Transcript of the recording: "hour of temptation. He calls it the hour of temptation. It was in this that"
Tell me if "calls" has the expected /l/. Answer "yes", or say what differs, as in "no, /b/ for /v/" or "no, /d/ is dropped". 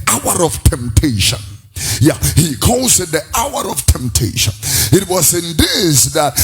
no, /l/ is dropped